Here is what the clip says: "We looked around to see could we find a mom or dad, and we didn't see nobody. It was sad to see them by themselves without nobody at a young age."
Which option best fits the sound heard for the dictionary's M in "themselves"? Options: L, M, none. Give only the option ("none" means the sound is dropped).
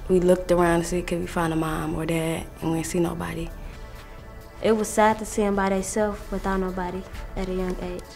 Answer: none